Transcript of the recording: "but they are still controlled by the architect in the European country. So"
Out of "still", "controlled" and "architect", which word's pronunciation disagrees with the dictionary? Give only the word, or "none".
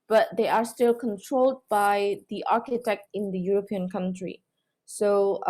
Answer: none